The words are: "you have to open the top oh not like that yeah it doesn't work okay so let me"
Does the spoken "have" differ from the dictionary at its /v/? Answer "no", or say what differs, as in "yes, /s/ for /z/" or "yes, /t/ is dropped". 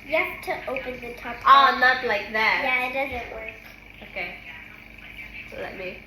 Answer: yes, /p/ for /v/